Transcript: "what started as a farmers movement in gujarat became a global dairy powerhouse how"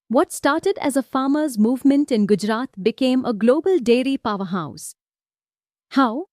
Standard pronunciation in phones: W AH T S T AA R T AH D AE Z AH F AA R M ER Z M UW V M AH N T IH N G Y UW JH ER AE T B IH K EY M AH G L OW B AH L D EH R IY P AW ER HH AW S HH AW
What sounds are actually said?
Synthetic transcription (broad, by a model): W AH T S T AA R T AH D AE Z AH F AA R M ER Z M UW V M AH N T IH N G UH JH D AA T B IH K EY M AH G L OW B AH L D EH R IY P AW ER HH AW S HH AW